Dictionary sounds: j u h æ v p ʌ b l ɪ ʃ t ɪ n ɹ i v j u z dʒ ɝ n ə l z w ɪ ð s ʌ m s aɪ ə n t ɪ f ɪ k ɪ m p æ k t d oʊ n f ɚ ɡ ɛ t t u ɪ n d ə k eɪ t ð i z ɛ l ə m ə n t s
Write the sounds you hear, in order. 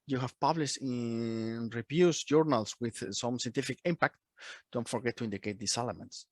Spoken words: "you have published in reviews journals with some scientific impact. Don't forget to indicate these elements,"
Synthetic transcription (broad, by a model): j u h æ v p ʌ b l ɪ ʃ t ɪ n ɹ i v j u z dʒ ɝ n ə l s w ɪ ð s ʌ m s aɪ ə n t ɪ f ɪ k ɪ m p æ k t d oʊ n f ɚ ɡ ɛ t t u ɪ n d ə k eɪ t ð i s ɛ l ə m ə n t s